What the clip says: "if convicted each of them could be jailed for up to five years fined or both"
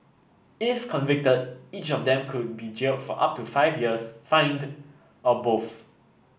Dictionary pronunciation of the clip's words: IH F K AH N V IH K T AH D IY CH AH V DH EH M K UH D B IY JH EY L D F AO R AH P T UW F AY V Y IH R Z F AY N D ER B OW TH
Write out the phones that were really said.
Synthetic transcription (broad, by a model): IH F K AH N V IH K T AH D IY CH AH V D EH M K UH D B IY JH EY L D F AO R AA P T UW F AY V Y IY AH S F AY N D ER B OW F